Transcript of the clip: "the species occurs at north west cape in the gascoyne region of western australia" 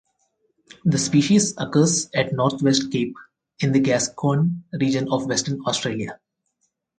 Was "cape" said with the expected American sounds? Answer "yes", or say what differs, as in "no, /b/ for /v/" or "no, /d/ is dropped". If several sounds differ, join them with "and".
yes